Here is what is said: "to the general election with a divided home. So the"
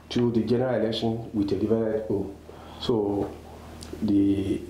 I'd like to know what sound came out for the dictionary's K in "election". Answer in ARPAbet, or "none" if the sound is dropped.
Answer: K